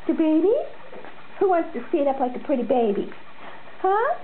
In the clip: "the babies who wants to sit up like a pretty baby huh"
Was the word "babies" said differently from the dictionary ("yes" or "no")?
yes